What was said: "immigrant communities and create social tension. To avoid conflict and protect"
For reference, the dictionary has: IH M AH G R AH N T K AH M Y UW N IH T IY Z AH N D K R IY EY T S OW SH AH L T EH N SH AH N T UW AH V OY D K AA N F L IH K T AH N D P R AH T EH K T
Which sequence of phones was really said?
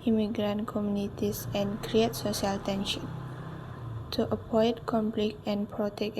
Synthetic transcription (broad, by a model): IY M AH G R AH N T K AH M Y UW N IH T IY S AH N K R IY EY T S OW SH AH L T EH N SH AH N T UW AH P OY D K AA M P L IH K AH N P R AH T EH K